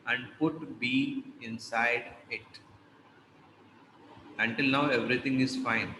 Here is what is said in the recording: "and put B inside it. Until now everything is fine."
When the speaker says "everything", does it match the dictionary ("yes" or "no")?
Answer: no